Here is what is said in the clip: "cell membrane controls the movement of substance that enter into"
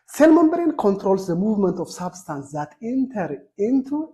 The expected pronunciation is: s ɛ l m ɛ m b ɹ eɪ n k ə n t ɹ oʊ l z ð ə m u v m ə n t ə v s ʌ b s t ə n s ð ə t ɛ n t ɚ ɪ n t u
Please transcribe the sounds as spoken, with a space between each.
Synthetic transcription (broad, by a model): s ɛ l m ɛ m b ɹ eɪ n k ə n t ɹ oʊ l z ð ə m u v m ə n t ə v s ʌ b s t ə n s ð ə t ɛ n t ɚ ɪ n t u